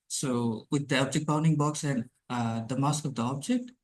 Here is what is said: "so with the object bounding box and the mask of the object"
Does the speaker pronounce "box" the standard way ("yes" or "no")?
yes